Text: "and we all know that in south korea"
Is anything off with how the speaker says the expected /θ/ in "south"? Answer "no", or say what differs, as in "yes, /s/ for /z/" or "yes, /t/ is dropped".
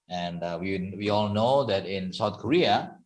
yes, /t/ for /θ/